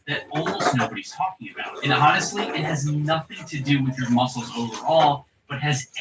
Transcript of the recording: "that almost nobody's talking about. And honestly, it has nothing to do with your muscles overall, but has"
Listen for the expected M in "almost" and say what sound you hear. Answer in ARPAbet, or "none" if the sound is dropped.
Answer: none